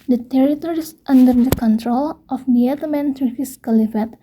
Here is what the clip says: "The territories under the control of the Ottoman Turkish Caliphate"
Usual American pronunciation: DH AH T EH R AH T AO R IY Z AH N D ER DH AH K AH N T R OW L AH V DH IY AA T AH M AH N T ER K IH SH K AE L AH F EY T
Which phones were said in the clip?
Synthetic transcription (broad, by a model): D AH T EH R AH T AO R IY S AH N D ER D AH K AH N T R OW L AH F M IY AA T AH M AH N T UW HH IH S K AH L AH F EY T